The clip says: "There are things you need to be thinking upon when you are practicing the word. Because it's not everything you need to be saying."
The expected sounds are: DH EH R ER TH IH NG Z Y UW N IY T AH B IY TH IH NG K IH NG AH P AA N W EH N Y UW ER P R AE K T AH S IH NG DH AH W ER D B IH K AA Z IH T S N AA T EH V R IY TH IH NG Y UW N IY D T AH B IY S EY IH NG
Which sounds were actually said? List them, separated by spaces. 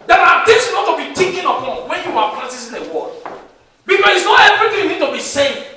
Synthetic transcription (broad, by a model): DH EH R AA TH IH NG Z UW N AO T AH B IY T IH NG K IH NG AH P AA N W EH N Y UW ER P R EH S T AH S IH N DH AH W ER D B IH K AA S IH T S N AA T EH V R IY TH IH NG Y UW N IY D T AH B IY S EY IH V